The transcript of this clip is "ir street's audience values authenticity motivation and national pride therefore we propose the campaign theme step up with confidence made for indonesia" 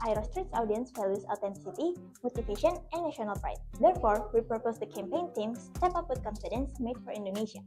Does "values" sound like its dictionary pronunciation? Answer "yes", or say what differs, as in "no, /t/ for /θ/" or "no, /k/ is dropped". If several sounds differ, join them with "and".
no, /f/ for /v/